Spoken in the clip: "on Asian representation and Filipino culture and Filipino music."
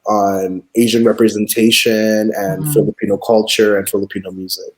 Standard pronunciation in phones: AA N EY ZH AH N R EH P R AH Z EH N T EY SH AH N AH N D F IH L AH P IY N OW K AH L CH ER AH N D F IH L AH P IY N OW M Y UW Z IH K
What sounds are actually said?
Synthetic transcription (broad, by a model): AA N EY ZH AH N R EH P R AH Z EH N T EY SH AH N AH N F IH L AH P IY N OW K AH L CH ER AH N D F IH L AH P IY N OW M Y UW Z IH K